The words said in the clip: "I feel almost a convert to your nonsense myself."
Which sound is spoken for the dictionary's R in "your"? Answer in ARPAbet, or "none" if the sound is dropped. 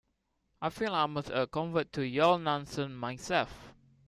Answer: L